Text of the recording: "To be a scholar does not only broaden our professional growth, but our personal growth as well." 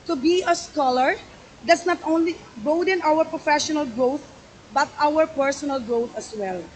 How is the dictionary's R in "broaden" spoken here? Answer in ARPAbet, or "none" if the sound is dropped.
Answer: none